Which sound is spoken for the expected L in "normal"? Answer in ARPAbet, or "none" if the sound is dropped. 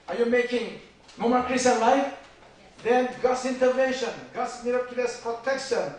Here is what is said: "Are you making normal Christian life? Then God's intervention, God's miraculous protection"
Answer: N